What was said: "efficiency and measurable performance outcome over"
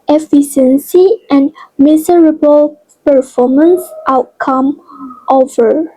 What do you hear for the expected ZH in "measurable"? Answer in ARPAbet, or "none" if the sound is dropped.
S